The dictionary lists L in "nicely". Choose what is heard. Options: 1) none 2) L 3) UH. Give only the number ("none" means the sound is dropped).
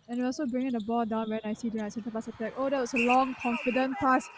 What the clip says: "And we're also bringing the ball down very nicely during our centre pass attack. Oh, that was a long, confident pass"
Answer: 1